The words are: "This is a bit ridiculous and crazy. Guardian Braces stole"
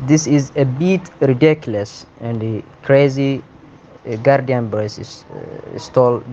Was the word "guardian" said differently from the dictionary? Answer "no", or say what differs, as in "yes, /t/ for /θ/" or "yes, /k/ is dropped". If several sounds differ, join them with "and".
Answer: no